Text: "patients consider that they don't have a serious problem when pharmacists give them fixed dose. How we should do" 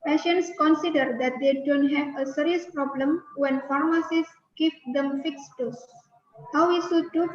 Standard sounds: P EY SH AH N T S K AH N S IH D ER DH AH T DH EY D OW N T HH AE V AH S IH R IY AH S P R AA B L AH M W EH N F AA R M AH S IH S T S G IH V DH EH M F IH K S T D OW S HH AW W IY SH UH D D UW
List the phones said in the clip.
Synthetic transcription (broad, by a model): P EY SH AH N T S K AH N S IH D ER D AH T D EY D OW N T HH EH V AH S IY R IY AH S P R AA B L AH M W EH N F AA R M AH S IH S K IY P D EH M F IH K S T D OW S HH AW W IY S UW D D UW